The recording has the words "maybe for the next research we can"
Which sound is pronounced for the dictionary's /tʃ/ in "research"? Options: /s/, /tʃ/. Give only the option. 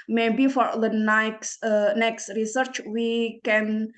/tʃ/